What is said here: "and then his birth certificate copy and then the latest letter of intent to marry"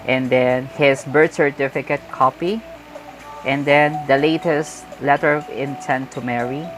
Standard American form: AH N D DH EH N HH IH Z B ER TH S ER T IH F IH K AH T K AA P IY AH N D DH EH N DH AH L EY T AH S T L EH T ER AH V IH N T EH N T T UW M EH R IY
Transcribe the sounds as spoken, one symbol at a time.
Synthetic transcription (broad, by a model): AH N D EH N HH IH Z B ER T S ER T IH F IH K AH T K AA P IY AH N D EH N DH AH L EY T AH S T L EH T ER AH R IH N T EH N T T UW M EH R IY